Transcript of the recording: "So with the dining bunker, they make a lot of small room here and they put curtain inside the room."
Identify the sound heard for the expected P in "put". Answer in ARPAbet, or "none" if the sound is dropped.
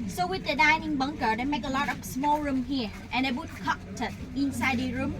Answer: B